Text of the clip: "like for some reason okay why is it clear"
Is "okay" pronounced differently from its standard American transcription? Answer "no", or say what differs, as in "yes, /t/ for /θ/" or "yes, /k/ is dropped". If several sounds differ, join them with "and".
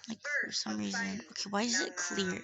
no